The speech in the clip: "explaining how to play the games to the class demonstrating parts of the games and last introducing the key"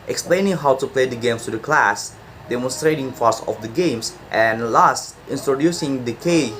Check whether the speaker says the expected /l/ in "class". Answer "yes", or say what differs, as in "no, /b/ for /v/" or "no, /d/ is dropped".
yes